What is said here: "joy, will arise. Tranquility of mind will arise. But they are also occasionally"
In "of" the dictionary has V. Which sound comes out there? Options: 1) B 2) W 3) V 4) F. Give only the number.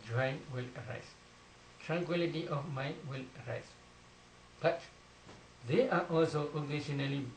4